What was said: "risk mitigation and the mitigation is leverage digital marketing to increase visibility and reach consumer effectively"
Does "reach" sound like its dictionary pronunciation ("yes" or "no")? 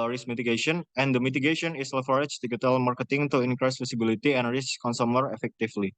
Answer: no